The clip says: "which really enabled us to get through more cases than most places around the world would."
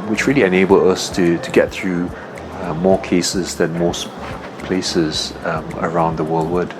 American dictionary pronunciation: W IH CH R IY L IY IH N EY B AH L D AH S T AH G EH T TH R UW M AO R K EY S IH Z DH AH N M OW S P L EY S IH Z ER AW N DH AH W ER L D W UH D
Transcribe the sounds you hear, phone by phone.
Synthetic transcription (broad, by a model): W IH CH R IY L IY IH N EY B AH L D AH S T AH G EH T TH R UW M AO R K EY S IH Z DH AH N M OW S P L EY S IH Z ER AW N DH AH W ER L D W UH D